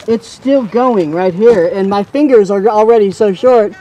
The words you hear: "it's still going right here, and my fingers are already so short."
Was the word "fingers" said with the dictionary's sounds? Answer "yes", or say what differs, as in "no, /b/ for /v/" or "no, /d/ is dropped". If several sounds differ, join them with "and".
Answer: yes